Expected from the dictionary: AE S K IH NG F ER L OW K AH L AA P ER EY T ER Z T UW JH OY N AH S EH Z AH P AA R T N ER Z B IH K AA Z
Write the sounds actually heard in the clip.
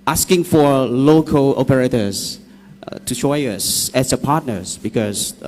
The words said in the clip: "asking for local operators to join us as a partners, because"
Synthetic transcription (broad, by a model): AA S K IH NG F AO L OW K AH L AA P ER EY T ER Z T UW SH OY AH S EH S AH P AA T N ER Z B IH K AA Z